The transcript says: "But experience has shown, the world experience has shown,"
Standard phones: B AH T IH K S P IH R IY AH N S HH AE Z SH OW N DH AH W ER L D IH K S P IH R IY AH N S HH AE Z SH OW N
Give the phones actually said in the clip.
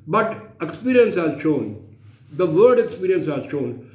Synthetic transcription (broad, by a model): B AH T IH K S P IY R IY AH N S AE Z SH OW N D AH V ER D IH K S P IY R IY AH N S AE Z SH OW N